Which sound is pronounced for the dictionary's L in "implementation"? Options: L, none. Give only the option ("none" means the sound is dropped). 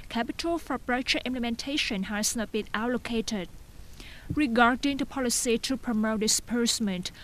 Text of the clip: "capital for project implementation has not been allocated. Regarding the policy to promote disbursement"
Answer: L